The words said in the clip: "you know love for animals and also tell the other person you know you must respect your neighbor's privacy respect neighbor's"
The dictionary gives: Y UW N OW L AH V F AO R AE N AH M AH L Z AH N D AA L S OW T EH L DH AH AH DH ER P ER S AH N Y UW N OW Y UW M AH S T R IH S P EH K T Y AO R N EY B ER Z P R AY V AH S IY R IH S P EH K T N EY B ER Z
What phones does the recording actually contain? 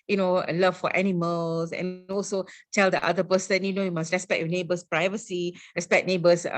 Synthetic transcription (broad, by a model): Y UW N OW L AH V F AO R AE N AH M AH L S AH N AA L S OW T EH L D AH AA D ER P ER S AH N Y UW N OW Y UW M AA S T R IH S P EH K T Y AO N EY B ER S P R AY V AH S IY R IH S P EH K N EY B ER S